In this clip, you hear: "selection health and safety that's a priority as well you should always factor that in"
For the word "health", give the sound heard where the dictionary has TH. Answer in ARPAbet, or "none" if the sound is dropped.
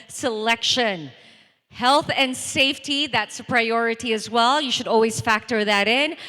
TH